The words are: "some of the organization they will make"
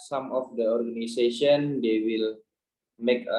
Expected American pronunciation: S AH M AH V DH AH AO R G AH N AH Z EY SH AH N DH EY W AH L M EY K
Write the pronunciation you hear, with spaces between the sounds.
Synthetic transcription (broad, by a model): S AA M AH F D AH AO R G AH N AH S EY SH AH N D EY W AH L M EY K